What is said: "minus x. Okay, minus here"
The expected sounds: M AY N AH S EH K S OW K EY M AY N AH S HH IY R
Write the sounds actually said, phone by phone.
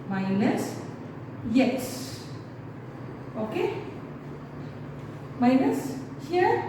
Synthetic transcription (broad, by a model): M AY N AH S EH S OW K EY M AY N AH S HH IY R